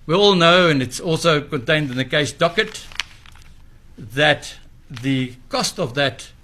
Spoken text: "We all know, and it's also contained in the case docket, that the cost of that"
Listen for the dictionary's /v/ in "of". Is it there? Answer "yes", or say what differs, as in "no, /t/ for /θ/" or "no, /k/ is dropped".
yes